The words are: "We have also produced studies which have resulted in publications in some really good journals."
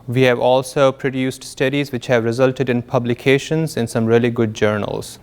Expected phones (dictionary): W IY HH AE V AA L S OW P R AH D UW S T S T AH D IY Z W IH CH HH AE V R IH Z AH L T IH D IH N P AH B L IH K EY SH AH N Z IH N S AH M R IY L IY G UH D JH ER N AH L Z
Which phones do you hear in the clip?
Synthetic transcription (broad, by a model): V IY HH AE V AA L S OW P R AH D UW S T S T AH D IY Z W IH CH HH AE V R IH Z AH L T IH D IH N P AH B L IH K EY SH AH N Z IH N S AH M R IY L IY G UH D JH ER N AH L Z